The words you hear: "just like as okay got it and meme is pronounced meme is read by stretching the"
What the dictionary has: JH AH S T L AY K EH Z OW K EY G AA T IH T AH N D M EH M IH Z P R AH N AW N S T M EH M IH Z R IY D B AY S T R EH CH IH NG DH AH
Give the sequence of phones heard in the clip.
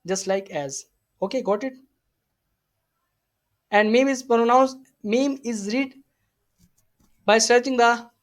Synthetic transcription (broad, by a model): JH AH S T L AY K EH Z OW K EY G AA T IH T AH N D M EH M IH Z P R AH N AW N S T M EH M IH Z R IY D B AY S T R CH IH NG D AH